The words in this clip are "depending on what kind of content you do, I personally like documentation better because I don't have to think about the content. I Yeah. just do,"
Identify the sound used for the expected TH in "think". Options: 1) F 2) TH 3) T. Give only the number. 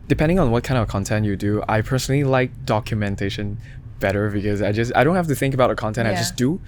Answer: 2